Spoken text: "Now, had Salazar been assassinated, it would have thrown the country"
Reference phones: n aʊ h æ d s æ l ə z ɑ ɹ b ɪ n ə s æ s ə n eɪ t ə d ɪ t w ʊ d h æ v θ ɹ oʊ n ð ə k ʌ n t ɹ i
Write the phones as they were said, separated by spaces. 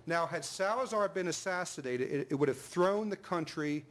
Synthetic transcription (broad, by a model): n aʊ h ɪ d s æ l ə z ɑ ɹ b ɪ n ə s æ s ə n eɪ t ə d ɪ t w ʊ d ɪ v θ ɹ oʊ n ð ə k ʌ n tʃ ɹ i